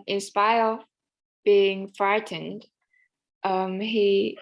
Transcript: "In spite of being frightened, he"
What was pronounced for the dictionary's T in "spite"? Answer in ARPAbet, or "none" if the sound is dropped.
none